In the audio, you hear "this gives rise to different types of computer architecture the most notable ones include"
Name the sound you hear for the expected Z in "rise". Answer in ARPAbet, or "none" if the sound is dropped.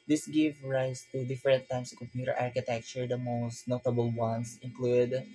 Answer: S